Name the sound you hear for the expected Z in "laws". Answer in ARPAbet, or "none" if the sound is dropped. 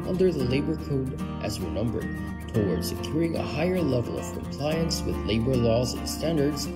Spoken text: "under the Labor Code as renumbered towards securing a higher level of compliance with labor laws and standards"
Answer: Z